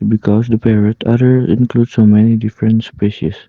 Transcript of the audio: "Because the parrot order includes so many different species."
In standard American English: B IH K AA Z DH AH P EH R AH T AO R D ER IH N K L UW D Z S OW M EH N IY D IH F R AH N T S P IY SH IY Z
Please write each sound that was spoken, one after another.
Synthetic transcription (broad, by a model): B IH K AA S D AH P EH R AH T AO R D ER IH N K L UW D S OW M EH N IY D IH F R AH N T S P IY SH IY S